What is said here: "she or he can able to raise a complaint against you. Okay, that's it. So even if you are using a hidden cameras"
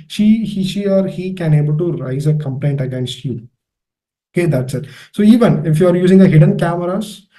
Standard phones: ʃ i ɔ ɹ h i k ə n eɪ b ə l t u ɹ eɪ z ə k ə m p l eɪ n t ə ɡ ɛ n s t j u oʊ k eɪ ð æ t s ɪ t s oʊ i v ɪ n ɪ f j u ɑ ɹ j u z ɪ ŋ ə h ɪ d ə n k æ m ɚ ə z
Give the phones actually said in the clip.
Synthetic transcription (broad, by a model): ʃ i ɔ ɹ h i k ə n eɪ b ə l t u ɹ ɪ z ə k ə m p l eɪ n t ə ɡ ɛ n s t j u oʊ k eɪ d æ t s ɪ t s oʊ i v ɪ n ɪ f j u ɑ ɹ j u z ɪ ŋ ə h ɪ d ə n k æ m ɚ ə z